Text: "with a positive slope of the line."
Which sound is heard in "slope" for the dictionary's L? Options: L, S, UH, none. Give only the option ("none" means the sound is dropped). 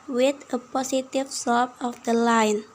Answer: none